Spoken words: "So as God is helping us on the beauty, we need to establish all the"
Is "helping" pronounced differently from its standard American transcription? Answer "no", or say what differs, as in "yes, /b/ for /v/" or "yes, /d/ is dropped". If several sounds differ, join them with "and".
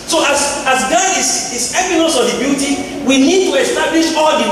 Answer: yes, /l/ is dropped